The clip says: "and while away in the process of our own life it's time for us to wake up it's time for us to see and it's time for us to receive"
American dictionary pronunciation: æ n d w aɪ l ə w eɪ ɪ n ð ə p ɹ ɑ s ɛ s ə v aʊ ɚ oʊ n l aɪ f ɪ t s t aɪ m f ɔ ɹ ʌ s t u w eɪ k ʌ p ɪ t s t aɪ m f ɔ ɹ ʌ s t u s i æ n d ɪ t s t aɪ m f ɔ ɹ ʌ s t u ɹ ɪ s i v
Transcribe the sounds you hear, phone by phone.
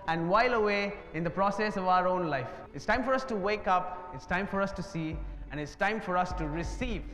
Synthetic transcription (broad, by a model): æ n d w aɪ l ə w eɪ ɪ n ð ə p ɹ ɑ s ɛ s ə v aʊ ɚ oʊ n l aɪ f ɪ t s t aɪ m f ɔ ɹ ʌ s t u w eɪ k ʌ p ɪ t s t aɪ m f ɔ ɹ ʌ s t u s i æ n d ɪ t s t aɪ m f ɔ ɹ ʌ s t u ɹ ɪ s i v